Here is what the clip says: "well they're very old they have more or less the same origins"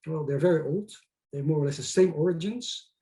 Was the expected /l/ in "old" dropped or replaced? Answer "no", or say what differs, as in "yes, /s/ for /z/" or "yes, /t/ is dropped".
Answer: no